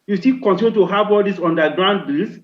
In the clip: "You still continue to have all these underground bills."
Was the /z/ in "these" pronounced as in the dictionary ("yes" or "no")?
no